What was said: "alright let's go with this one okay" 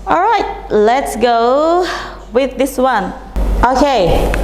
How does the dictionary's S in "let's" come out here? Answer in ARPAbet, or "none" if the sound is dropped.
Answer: S